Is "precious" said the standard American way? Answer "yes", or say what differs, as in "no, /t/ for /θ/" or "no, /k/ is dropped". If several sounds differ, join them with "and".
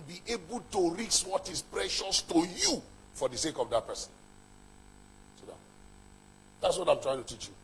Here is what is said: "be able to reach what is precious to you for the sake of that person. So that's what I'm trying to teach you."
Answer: yes